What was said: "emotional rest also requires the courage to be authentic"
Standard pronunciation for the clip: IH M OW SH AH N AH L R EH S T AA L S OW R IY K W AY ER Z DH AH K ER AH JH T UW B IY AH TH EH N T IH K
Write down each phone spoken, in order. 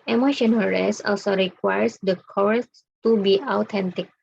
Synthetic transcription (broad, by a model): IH M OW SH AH N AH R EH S AA L S OW R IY K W AY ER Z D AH K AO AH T T UW B IY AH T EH N T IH K